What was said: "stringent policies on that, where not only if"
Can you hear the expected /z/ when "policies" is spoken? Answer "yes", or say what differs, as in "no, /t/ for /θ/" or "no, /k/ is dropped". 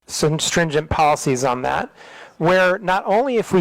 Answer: yes